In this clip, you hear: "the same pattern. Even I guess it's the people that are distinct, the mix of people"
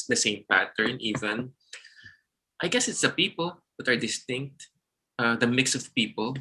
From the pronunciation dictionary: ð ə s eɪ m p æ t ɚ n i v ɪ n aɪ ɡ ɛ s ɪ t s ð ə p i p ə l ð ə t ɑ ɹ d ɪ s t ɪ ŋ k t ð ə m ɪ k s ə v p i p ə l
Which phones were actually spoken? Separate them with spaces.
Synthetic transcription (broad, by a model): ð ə s eɪ m p æ t ɚ n i v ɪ n aɪ ɡ ɛ s ɪ t s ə p i p ə l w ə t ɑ ɹ d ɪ s t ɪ ŋ k t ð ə m ɪ k s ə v p i p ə l